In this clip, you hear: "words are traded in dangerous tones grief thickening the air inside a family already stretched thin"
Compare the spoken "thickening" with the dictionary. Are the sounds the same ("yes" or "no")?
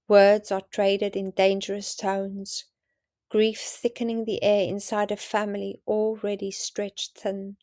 yes